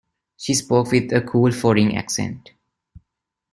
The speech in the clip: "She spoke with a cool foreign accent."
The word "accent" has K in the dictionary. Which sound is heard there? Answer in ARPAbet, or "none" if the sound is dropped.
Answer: K